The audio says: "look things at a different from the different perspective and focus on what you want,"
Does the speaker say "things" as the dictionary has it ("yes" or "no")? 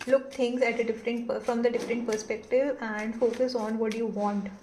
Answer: no